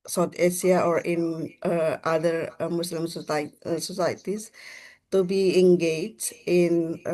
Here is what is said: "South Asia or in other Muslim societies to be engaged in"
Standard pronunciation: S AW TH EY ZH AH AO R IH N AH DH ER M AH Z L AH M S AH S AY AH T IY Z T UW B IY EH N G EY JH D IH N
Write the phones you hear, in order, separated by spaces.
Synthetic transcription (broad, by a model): S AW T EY S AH AO R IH N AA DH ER M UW S L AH M S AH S AY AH T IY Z T UW B IY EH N G EY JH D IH N